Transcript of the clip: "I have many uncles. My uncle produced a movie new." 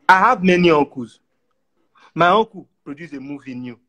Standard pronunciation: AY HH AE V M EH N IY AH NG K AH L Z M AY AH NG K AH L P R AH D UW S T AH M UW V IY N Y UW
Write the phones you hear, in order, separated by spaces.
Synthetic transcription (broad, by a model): AY HH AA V M EH N IY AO K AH Z M AY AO K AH P R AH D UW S AH M UW V IY N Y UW